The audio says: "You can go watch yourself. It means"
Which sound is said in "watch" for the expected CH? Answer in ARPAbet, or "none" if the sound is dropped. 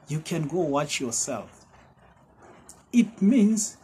CH